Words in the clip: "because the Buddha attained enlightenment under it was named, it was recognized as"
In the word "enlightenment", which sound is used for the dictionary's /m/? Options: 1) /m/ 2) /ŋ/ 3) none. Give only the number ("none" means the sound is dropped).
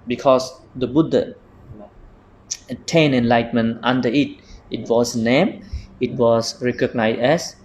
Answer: 3